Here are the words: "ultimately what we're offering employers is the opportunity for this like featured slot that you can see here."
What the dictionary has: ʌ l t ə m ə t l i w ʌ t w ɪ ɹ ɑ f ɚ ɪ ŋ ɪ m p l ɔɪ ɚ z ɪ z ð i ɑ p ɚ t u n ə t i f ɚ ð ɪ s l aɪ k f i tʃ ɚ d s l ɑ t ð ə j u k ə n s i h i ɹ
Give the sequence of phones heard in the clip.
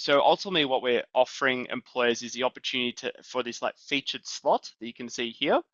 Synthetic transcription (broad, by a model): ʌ l t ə m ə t l i w ʌ t w ɪ ɹ ɑ f ɚ ɪ ŋ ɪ m p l ɔɪ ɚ z ɪ z ð i ɑ p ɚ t u n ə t i f ɚ ð ɪ s l aɪ k f i tʃ ɚ d s l ɑ t ð ə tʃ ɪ k ə n s i h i ɹ